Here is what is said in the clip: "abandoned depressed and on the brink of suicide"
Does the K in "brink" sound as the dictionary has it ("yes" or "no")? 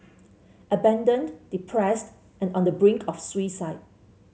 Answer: yes